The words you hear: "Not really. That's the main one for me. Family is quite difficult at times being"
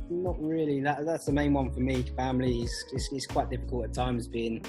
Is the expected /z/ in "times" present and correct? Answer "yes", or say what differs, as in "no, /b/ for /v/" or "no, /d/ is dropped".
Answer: yes